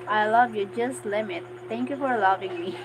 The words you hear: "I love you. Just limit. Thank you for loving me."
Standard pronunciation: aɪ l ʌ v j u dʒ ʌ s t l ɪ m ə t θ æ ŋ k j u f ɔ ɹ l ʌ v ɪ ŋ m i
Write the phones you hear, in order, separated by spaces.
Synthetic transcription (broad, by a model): aɪ l ʌ v j u dʒ ʌ s t l ɪ m ə t t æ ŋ k j u f ɔ ɹ l ʌ v ɪ ŋ m i